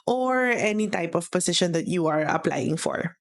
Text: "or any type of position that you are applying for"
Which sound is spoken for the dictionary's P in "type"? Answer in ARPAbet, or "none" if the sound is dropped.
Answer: P